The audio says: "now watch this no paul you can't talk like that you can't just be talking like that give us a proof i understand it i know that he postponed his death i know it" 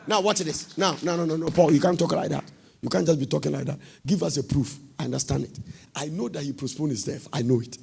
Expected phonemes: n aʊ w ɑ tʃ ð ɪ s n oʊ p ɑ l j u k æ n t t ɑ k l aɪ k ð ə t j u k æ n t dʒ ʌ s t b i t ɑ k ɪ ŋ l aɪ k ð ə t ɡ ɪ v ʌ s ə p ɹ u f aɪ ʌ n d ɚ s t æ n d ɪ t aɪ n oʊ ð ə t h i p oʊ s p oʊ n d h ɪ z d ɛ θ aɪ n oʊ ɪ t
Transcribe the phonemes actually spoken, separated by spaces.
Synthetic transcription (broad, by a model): n aʊ w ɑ s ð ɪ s n oʊ p ɑ l j u k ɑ n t t ɑ k l aɪ k ð ə t j u k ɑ n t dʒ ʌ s b i t ɑ k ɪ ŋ l aɪ k ð ə t ɡ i v ʌ s ə p ɹ u f aɪ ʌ n d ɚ s t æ n d ɪ t aɪ n oʊ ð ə t h i p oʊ s p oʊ n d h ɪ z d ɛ f aɪ n oʊ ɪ t